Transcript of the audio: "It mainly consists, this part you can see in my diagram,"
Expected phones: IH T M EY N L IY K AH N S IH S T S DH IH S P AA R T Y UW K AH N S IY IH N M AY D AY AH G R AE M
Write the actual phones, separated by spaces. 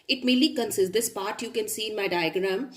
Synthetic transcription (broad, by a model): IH T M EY L IY K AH N S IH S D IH S P AA R T Y UW K AH N S IY IH N M AY D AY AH G R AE M